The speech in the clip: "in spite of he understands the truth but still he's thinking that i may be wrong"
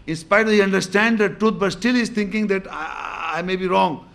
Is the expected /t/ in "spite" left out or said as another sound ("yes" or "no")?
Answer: yes